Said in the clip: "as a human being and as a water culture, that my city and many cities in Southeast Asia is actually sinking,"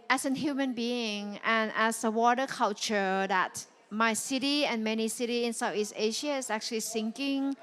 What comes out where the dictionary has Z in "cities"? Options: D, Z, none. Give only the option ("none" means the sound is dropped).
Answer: none